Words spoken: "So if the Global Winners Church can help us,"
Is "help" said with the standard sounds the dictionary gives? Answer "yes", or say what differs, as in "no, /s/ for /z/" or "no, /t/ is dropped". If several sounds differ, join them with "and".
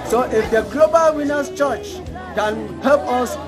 no, /l/ is dropped